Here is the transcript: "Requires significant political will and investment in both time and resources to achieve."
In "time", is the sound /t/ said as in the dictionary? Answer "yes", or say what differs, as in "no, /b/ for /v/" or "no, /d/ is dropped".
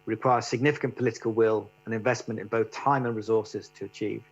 yes